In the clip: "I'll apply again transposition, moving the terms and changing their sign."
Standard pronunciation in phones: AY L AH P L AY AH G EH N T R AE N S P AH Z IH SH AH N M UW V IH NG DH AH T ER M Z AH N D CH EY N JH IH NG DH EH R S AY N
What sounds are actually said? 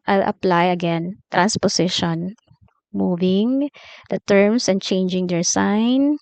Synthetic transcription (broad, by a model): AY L AH P L AY AH G EH N T R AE N S P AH S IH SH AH N M UW V IH NG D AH T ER M S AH N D CH EY N JH IH NG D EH R S AY N